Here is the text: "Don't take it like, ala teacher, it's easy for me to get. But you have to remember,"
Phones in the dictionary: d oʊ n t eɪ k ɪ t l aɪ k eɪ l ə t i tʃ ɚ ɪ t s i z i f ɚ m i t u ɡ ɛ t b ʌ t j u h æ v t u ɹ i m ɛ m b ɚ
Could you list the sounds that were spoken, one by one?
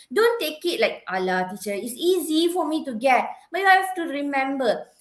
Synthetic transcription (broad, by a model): d oʊ n t eɪ k ɪ t l aɪ k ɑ l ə t i tʃ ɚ ɪ t s i z i f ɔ m i t u ɡ ɛ t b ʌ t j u h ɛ f t u ɹ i m ɛ m b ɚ